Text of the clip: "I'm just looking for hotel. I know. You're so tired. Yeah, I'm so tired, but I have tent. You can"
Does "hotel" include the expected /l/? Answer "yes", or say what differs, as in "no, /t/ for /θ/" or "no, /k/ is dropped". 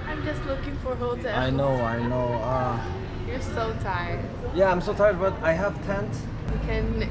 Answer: no, /n/ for /l/